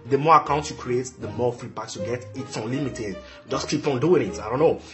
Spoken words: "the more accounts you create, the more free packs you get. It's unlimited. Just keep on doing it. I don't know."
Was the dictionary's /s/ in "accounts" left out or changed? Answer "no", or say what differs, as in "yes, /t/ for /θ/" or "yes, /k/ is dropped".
yes, /s/ is dropped